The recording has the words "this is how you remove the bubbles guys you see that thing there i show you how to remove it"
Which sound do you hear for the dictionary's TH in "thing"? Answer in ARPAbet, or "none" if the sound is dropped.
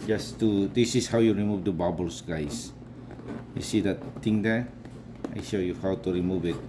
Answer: T